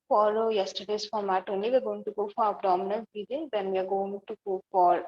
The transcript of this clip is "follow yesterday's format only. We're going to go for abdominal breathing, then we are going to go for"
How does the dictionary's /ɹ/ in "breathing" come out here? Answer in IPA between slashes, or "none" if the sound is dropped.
none